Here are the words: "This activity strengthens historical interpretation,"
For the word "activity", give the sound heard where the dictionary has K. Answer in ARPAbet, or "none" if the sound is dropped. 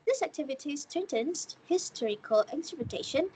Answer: K